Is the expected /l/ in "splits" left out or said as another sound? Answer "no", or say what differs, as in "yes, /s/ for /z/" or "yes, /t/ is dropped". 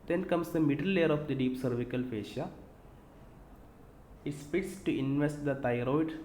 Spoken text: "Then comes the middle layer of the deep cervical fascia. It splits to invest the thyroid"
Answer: yes, /l/ is dropped